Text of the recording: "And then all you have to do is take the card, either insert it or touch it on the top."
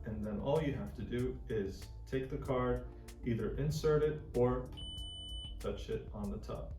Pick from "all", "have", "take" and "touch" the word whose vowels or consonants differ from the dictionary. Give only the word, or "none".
have